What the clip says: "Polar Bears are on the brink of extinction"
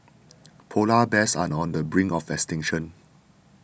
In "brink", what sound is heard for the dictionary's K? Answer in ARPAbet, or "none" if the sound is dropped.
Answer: none